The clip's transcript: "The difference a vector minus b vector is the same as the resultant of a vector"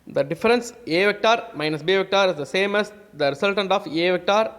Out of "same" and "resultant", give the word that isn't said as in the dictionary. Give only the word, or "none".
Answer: resultant